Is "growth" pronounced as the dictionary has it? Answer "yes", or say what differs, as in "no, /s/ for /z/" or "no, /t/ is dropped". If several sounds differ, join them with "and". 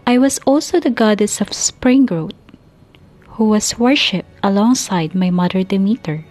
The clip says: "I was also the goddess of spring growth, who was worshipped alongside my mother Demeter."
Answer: no, /t/ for /θ/